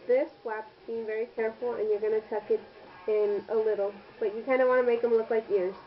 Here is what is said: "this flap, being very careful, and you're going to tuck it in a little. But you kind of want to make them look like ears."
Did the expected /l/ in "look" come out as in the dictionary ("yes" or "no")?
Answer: yes